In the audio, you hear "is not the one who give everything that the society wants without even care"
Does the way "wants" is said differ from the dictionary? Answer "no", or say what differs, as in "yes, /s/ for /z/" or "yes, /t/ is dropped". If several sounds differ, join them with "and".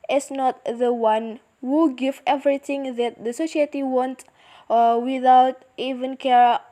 yes, /s/ is dropped